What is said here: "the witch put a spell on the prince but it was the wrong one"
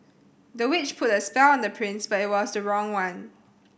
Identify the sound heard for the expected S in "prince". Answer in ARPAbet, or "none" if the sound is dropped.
S